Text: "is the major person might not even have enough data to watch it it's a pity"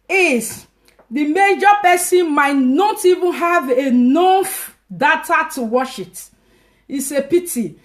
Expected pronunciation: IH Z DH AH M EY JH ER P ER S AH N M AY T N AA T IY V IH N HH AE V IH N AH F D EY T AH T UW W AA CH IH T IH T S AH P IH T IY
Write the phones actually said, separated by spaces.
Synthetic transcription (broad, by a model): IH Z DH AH M EY JH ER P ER S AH N M AY T N AA T IY V IH N HH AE V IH N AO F D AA T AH T UW W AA SH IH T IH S AH P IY T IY